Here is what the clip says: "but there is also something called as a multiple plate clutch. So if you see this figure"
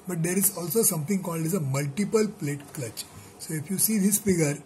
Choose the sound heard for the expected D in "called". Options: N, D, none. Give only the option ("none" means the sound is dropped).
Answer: D